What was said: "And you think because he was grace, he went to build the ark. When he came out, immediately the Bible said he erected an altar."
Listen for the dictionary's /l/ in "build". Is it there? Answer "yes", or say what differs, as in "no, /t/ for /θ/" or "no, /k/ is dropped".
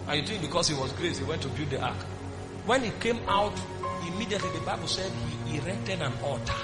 no, /l/ is dropped